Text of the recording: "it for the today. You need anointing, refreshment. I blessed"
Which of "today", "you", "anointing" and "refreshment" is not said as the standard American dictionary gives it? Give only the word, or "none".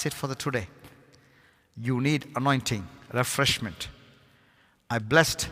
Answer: none